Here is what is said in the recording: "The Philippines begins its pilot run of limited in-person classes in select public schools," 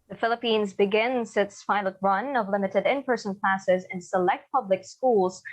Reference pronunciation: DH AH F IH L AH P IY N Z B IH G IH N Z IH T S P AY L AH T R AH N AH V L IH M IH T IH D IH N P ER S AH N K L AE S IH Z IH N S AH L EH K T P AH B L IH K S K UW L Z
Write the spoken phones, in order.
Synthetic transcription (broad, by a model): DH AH F IH L AH P IY N Z B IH G IH N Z IH T S F AY L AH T R AH N AH V L IH M IH T IH D IH N P ER S AH N K L AE S IH Z IH N S AH L EH K T P AH B L IH K S K UW L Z